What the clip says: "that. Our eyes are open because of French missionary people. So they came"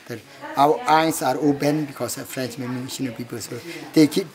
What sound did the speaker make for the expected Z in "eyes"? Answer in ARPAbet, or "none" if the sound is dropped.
S